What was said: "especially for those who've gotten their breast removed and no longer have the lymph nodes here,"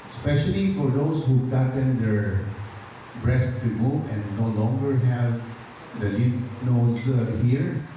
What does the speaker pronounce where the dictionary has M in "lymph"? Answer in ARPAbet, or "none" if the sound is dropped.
none